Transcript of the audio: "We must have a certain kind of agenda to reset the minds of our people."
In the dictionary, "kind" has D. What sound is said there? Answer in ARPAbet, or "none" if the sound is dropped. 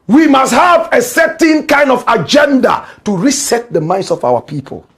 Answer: D